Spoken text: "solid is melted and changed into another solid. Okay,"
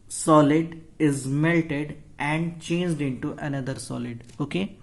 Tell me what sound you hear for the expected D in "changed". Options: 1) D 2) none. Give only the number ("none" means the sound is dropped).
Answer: 1